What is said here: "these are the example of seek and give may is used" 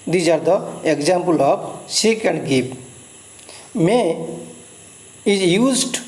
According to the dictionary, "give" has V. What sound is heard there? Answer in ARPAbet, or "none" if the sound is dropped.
P